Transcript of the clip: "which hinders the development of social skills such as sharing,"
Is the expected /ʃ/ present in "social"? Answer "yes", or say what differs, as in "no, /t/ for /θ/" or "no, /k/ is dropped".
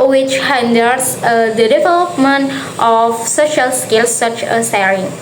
yes